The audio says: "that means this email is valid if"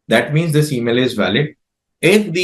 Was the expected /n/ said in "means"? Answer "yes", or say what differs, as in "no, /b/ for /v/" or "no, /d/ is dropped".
yes